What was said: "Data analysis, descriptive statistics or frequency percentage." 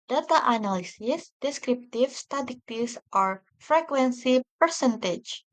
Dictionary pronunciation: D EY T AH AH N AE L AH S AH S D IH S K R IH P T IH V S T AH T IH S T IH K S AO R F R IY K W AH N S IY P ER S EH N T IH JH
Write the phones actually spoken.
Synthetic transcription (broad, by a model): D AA T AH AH N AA L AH S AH S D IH S K R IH P T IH F S T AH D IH T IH S AO R F R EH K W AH N S IY P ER S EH N T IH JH